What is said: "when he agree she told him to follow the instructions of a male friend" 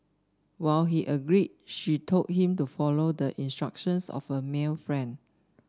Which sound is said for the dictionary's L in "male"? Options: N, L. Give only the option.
L